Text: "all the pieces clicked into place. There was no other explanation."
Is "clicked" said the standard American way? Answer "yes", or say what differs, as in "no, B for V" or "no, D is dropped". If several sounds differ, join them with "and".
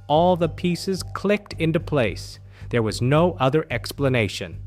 yes